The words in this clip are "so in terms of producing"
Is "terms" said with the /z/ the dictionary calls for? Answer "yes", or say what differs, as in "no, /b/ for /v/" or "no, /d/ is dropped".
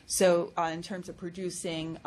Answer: yes